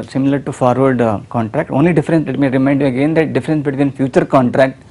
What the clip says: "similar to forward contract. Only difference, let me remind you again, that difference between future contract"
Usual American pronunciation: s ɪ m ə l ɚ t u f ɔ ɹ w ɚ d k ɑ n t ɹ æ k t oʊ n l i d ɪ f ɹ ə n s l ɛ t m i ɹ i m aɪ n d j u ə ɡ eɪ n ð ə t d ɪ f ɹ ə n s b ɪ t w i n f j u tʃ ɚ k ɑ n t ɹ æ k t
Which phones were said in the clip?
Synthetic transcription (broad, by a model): s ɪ m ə l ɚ t u f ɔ ɹ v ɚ d k ɑ n t ɹ æ k t oʊ n l i d ɪ f ɹ ə n s l ɛ t m i ɹ i m aɪ n d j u ə ɡ eɪ n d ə t d ɪ f ɹ ə n s b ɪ t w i n f j u tʃ ɚ k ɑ n t ɹ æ k t